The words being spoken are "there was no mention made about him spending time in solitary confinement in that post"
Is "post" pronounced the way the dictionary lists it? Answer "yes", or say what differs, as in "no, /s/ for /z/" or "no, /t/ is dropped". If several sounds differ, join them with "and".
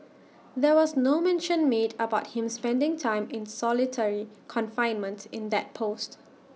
yes